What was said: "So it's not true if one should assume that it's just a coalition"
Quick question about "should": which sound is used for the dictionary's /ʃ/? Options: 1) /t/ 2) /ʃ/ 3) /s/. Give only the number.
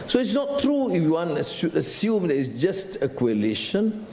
3